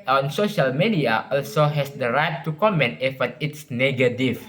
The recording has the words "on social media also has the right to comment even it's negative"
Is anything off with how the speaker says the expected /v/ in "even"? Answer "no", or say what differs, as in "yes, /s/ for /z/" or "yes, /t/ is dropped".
yes, /f/ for /v/